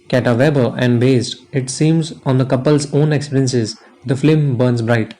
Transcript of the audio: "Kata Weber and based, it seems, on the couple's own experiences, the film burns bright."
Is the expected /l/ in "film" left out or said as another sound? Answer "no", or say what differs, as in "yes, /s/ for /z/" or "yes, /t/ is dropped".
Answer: yes, /l/ is dropped